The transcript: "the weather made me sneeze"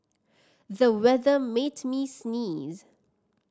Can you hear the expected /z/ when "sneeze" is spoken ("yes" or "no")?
yes